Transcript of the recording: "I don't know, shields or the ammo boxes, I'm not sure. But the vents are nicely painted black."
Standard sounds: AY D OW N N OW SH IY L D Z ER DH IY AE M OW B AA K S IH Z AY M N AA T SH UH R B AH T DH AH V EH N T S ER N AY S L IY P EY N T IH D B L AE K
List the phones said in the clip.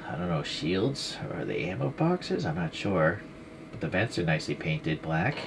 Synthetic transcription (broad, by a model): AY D OW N N OW SH IY L D Z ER DH IY AE M OW B AA K S IH Z AY M N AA T SH UH R B AH T DH AH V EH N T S ER N AY S L IY P EY N T IH D B L AE K